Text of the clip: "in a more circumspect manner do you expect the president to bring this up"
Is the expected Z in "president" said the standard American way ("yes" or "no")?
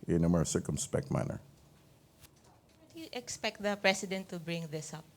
no